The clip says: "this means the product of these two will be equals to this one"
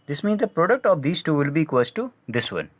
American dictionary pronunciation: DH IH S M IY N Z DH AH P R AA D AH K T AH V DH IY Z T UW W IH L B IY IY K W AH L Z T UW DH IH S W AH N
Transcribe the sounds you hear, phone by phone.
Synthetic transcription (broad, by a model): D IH S M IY N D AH P R AA D AH K T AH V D IY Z T UW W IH L B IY IY K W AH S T T UW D IH S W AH N